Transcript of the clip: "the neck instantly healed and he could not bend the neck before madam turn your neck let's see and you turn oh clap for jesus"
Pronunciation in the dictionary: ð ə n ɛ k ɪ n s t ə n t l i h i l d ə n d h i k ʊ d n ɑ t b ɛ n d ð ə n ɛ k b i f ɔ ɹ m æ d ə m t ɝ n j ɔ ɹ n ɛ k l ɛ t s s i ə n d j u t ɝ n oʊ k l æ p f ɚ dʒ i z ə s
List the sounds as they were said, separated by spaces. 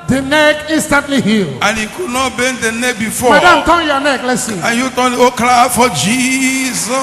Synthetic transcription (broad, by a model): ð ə n ɛ k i n s t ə n t l i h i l ə n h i k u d n ɑ t b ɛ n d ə n ɛ k b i f ɔ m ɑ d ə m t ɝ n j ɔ n ɛ k l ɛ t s s i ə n j u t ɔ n oʊ k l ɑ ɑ f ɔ dʒ i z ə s